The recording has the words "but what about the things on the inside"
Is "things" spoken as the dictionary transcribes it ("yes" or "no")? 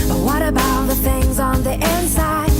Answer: yes